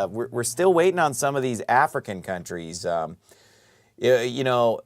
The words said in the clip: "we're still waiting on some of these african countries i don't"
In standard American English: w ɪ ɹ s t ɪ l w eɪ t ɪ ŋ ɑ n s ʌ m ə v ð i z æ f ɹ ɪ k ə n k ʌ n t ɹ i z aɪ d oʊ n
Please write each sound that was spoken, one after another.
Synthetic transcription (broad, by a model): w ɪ ɹ s t ɪ l w eɪ t ɪ ŋ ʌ n s ʌ m ə v ð i z æ f ɹ ɪ k ə n k ʌ n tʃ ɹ i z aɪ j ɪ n